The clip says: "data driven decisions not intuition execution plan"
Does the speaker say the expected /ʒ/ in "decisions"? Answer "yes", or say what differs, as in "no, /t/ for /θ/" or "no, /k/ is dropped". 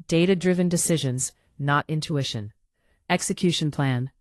yes